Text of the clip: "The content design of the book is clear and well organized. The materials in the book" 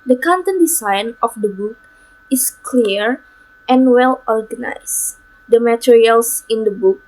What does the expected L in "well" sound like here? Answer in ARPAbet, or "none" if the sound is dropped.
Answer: L